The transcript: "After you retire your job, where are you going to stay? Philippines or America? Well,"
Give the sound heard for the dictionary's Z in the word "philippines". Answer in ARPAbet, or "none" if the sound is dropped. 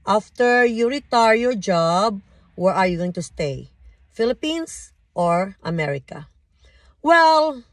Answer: S